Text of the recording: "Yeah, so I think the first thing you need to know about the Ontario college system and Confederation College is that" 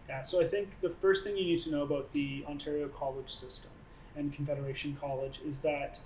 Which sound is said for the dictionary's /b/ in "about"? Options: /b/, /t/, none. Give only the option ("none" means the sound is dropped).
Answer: /b/